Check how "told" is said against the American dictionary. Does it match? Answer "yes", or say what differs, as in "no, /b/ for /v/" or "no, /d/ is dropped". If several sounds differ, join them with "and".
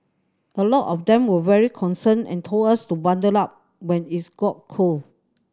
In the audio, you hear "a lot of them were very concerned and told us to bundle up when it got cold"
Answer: no, /d/ is dropped